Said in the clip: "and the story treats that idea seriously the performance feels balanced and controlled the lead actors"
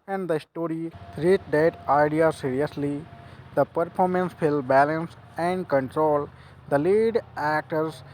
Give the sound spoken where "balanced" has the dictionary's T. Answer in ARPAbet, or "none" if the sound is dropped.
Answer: none